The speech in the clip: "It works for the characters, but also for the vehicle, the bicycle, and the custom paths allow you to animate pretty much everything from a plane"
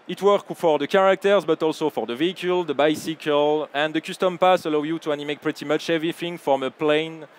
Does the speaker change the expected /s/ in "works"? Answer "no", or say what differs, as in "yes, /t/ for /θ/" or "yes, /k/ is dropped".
yes, /s/ is dropped